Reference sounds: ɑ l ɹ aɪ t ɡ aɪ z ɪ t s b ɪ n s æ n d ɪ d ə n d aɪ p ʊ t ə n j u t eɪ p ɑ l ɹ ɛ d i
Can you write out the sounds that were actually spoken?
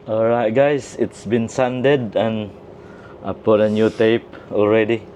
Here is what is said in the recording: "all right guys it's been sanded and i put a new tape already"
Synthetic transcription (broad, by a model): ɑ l ɹ aɪ t ɡ aɪ s ɪ t s b ɪ n s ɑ n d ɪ d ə n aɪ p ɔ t ə n j u t eɪ p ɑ l ɹ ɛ d i